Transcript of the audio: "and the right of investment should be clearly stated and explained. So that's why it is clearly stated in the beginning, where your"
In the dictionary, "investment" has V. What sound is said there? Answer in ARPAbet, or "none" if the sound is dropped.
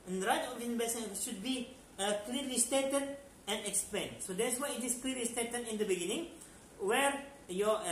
B